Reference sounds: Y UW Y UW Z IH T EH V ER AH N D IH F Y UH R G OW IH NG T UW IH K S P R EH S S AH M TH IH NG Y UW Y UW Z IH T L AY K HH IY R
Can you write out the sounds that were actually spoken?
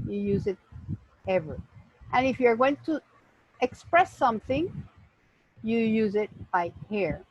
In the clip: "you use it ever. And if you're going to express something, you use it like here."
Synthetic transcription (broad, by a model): Y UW Y UW Z IH T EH V ER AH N IH F Y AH R G OW IH NG T UW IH K S P R EH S S AH M TH IH NG Y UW Y UW Z IH T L AY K HH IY R